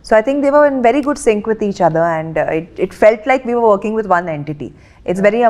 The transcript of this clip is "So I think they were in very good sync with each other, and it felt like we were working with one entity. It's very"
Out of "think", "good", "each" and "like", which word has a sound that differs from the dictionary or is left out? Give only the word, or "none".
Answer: think